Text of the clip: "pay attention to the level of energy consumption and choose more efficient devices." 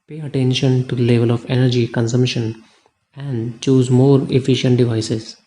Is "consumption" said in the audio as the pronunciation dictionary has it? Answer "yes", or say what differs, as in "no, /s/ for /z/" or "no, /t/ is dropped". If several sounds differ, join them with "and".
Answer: yes